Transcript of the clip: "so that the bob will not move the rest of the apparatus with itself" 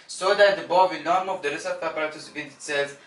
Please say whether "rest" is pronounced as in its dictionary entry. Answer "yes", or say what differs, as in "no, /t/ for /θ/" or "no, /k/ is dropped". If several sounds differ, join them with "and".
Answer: no, /t/ is dropped